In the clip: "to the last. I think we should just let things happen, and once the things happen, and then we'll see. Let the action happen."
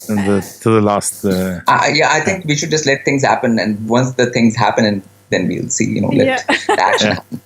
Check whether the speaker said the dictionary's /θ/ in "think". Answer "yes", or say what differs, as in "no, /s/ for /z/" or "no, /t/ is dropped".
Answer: no, /t/ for /θ/